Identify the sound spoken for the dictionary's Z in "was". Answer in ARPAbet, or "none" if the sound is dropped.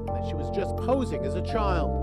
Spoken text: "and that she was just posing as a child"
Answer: Z